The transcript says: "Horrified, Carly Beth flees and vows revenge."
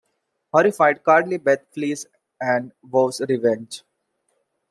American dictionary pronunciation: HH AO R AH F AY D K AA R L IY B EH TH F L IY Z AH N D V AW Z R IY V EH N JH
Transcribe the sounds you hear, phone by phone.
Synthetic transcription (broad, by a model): HH AO R AH F AY D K AA R L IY B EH T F L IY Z AH N D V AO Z R IY V EH N JH